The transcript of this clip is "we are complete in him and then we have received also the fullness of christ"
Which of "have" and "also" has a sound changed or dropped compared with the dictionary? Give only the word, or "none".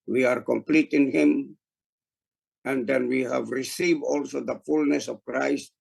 none